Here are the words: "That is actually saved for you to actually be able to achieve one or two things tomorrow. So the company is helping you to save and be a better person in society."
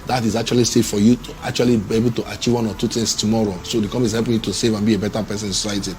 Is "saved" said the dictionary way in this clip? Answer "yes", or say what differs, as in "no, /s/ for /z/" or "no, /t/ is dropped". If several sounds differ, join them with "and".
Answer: no, /v/ is dropped